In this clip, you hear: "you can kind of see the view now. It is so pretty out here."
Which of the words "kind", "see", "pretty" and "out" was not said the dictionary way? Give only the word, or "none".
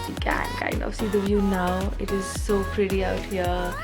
kind